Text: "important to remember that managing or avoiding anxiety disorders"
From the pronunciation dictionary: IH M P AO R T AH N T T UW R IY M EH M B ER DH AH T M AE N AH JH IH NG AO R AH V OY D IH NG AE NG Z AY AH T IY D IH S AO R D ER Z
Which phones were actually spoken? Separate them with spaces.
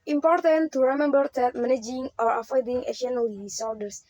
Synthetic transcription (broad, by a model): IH M P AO R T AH N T T UW R IY M EH M B ER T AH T M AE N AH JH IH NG AO R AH F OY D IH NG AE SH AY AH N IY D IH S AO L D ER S